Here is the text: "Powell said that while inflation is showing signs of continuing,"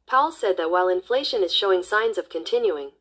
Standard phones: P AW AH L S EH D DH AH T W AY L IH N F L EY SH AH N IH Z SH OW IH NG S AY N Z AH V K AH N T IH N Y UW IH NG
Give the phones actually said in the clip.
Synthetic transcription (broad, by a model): P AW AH L S EH D DH AH T W AY L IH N F L EY SH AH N IH Z SH OW IH NG S AY N Z AH V K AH N T IH N Y UW IH NG